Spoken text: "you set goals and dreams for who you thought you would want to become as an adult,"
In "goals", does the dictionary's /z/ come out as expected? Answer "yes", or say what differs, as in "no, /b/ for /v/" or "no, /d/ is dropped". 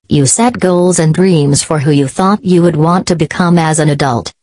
yes